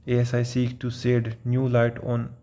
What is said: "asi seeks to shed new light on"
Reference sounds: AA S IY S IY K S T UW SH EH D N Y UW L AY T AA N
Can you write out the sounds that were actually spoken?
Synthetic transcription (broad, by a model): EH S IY S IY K T UW S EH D N Y UW L AY T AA N